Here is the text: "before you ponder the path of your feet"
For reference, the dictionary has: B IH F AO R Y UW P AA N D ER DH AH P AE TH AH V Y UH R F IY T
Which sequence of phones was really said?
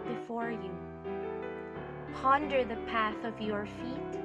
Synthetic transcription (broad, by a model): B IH F AO R Y UW P AA N D ER DH AH P AE TH AH V Y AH R F IY T